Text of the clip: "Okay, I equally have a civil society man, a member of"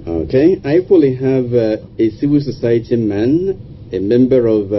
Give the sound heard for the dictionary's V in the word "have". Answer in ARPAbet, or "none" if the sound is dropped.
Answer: V